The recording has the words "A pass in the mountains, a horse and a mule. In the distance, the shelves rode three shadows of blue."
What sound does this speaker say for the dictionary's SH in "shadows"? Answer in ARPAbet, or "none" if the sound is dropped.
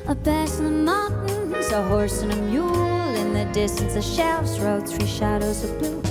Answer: SH